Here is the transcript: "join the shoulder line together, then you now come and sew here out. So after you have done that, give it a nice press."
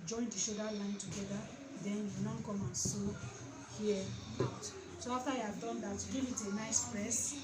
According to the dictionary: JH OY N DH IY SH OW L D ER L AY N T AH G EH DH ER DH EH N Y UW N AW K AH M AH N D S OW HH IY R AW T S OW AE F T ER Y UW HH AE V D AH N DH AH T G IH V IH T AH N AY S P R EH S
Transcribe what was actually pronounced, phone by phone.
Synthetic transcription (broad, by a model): JH OY N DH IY SH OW D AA L AY N T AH G EH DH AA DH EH N Y UW N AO K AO M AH N S OW HH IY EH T S OW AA F T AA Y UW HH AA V D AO N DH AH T G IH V IH T AH N AY S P R EH S